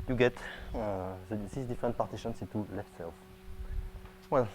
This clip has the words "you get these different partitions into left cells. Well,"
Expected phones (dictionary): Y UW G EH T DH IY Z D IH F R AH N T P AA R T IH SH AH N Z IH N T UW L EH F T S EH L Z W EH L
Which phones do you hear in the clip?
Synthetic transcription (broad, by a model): Y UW G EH T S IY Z D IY F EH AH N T P AA R T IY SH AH N S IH T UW L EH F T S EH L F W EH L